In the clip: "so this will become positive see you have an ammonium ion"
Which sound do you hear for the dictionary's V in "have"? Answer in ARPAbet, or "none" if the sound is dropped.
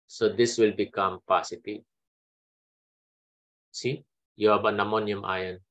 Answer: B